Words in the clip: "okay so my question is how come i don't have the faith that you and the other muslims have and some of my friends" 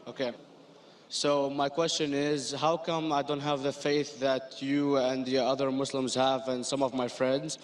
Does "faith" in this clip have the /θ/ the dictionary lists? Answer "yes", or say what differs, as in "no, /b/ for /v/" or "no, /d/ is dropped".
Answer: yes